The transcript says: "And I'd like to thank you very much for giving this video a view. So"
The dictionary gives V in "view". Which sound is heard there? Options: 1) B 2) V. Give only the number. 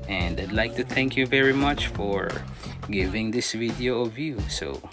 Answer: 2